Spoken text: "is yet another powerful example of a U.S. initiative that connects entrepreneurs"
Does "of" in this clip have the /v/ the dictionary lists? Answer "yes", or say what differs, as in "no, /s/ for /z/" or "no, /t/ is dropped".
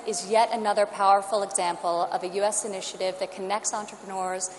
yes